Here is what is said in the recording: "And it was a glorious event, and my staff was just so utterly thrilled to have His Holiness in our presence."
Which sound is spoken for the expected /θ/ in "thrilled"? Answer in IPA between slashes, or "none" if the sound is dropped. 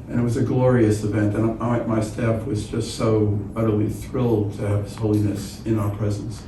/θ/